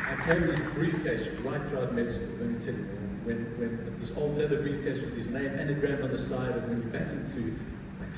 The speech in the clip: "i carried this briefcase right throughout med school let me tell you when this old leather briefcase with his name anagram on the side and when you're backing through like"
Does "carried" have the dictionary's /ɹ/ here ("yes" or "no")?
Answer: no